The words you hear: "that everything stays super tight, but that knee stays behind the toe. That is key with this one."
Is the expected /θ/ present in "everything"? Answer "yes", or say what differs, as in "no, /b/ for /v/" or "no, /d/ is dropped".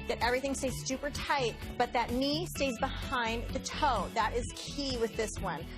yes